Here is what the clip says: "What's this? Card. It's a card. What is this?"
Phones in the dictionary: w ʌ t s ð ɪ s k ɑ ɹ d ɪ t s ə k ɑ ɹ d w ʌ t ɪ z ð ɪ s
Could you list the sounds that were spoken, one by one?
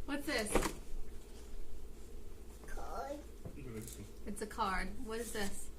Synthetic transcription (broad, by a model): w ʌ t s ð ɪ s k ɑ ɹ d ɪ t s ə k ɑ ɹ d w ʌ t ɪ z ð ɪ s